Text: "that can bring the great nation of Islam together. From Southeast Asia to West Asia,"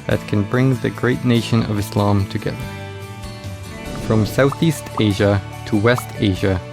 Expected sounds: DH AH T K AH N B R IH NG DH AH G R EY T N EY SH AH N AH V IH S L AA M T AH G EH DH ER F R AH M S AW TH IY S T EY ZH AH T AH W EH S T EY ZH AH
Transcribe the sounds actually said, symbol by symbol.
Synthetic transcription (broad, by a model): DH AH T K AH N B R IH NG DH AH G R EY T N EY SH AH N AH V IH S L AA M T AH G EH DH ER F R AH M S AW TH IY S T EY ZH AH T AH W EH S T EY ZH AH